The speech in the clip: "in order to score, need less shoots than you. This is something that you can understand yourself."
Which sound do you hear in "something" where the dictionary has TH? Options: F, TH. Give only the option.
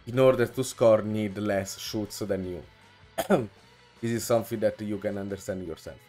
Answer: F